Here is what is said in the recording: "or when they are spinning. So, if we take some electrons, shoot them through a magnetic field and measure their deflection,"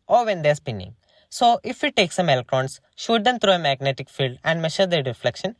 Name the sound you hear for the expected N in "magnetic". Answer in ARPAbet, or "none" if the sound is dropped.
N